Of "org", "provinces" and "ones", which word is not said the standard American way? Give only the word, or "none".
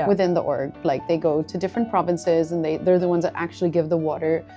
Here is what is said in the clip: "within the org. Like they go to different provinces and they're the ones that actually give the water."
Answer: none